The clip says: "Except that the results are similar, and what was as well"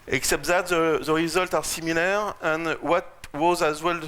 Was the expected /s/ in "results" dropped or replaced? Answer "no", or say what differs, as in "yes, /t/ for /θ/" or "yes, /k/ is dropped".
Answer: yes, /s/ is dropped